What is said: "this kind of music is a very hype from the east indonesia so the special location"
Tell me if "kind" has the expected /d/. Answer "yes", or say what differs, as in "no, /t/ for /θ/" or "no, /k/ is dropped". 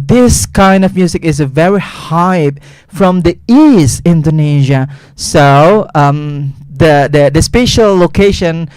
yes